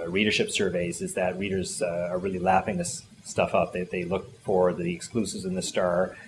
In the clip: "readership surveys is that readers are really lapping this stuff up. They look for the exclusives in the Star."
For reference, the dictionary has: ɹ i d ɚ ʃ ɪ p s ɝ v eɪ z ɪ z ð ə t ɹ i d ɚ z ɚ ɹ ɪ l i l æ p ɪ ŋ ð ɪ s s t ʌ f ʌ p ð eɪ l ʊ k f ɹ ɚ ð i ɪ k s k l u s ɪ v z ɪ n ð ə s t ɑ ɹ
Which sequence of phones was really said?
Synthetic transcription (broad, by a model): ɹ i d ɚ ʃ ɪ p s ɝ v eɪ z ɪ z ð ə t ɹ i d ɚ z ɚ ɹ ɪ l i l æ f ɪ ŋ ð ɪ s s t ʌ f ʌ p ð eɪ l ʊ k f ɹ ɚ ð i ɪ k s k l u s ɪ v z ɪ n ð ə s t ɑ ɹ